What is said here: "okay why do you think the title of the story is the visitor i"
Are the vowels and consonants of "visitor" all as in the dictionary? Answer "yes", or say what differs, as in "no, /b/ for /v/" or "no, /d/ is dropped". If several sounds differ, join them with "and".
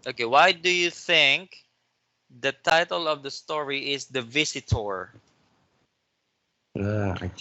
no, /s/ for /z/